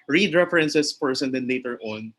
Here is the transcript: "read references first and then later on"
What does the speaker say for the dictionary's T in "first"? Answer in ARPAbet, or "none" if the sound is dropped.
none